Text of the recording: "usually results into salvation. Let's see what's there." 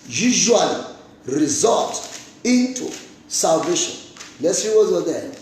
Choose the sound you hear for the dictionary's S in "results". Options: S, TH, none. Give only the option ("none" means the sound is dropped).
none